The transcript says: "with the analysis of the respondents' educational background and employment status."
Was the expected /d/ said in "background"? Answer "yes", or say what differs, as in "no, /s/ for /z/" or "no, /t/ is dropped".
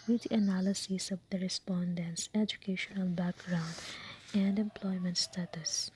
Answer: yes